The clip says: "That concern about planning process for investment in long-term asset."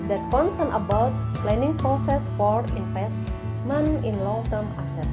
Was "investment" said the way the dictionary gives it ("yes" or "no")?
no